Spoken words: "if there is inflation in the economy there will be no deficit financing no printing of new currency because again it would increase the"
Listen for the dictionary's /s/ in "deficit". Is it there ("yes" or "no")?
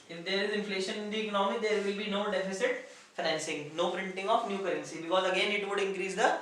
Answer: yes